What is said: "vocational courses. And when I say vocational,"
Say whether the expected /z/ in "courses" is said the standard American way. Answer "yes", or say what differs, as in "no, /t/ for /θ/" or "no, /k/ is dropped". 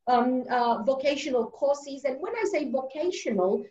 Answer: yes